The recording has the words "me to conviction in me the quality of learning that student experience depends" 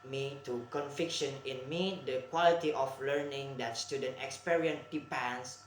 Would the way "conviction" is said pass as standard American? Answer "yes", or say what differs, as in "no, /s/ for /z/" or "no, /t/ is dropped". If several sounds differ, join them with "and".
no, /f/ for /v/